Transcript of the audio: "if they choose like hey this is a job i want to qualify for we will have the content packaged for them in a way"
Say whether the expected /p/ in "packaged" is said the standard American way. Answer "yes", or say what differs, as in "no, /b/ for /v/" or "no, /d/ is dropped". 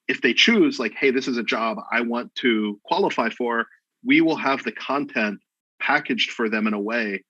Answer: yes